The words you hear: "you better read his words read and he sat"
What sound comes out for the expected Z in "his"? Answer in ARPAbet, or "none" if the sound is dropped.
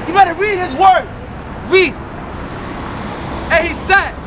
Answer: Z